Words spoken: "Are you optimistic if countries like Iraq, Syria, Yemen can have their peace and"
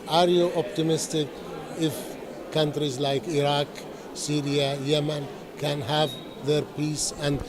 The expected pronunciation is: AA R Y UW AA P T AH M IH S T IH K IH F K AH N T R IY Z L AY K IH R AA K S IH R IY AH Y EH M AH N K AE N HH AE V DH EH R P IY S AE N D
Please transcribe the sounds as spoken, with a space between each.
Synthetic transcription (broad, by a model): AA R Y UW AA P T AH M IH S T IH K IH F K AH N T R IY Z L AY K IH R AA K S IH R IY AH Y EH M AH N K AE N HH AE V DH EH R P IY S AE N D